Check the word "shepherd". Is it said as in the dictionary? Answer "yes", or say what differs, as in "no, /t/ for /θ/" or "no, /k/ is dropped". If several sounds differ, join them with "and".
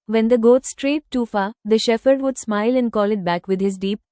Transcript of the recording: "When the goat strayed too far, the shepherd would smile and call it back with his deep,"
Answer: no, /f/ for /p/